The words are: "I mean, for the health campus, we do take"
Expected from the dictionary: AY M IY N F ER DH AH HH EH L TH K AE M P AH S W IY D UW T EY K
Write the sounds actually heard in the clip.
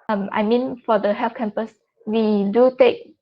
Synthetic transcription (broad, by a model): AY M IY N F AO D AH HH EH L F K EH M P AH S W IY D UW T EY K